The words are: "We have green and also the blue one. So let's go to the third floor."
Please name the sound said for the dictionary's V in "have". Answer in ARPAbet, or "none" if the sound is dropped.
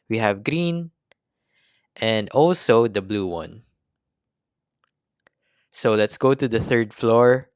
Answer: V